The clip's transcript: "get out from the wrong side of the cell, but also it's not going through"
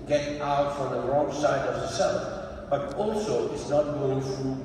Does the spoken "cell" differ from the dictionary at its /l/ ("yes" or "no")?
yes